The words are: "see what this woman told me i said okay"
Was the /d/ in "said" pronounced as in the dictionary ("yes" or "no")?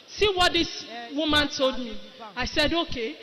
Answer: yes